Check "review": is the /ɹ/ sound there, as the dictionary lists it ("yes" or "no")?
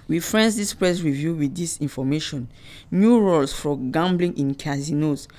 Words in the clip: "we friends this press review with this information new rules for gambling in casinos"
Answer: yes